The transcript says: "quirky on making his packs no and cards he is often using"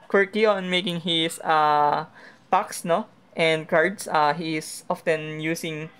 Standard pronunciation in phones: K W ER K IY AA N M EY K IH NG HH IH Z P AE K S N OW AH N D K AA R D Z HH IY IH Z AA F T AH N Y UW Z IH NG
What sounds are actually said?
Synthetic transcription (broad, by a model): K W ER K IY AA N M EY K IH NG HH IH S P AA K S N OW AH N D K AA R D S HH IY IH S AA F T AH N Y UW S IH NG